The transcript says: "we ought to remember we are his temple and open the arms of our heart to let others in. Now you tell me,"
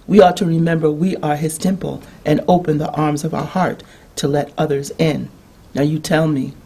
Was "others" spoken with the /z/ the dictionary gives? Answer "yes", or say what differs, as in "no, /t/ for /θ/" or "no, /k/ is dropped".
yes